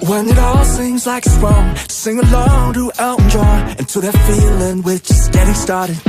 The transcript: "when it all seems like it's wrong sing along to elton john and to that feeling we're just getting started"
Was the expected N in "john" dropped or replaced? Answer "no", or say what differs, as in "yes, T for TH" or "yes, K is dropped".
yes, N is dropped